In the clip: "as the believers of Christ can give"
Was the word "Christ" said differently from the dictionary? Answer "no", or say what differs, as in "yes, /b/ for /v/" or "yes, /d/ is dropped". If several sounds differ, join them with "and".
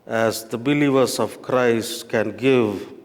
no